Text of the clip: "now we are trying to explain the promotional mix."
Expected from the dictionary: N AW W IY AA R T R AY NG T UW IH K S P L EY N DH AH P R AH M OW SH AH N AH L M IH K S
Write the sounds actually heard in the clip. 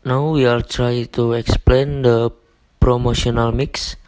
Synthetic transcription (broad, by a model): N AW W IY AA L T R AY T UW IH K S P L EY N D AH P R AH M OW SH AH N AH L M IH K S